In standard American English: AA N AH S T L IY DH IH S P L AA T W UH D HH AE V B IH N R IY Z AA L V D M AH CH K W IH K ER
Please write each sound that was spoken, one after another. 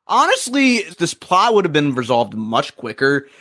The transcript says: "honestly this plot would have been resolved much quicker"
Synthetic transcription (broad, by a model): AA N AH S T L IY DH IH S P L AA T W UH D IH V B IH N R IY Z AA L V D M AH CH K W IH K ER